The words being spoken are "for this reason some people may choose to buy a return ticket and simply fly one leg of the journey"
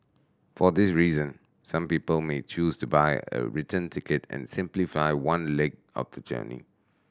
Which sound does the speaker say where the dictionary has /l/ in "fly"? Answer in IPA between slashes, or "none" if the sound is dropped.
none